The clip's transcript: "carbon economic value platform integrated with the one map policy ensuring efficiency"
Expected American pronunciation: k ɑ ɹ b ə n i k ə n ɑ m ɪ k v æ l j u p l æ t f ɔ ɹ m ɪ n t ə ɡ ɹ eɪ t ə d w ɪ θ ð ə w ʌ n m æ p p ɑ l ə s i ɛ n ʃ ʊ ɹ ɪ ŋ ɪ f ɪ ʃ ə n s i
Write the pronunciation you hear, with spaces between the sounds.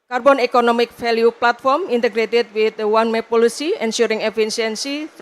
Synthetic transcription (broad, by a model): k ɑ ɹ b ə n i k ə n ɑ m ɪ k f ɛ l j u p l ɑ t f ɔ ɹ m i n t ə ɡ ɹ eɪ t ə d w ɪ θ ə w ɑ n m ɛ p p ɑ l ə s i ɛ n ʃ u ɹ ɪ ŋ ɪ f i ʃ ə n s i